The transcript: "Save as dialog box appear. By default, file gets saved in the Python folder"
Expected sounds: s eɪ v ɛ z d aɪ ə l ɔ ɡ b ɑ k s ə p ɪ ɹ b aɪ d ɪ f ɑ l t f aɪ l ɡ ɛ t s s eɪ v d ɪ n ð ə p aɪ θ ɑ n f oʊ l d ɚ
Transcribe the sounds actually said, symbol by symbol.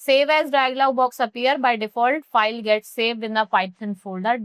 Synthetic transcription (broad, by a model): s eɪ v ɛ z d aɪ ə l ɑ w b ɑ k s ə p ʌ ɹ b aɪ d ɪ f ɑ l t f aɪ l ɡ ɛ t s s eɪ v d ɪ n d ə f aɪ f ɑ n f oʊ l d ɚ